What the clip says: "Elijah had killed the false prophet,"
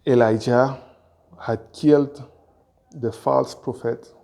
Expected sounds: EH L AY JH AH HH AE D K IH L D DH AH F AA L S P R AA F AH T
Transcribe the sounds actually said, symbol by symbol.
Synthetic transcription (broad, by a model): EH L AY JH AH HH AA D K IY L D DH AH F AA L S P R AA F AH T